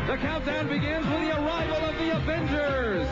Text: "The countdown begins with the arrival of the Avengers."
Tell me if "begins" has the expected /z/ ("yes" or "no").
yes